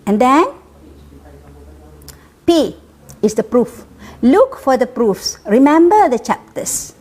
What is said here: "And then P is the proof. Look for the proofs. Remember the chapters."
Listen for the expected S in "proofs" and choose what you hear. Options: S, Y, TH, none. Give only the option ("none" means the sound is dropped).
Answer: S